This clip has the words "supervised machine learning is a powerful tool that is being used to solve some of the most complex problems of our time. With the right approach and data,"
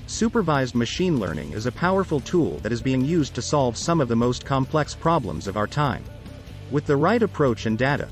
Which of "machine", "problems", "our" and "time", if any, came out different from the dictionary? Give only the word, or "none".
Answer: none